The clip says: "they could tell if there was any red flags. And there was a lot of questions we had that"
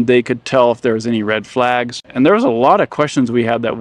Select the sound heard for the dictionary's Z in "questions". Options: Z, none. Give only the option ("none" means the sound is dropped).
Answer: Z